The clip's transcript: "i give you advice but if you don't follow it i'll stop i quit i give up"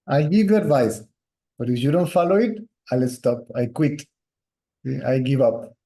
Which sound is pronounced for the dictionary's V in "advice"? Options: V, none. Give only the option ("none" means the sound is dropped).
V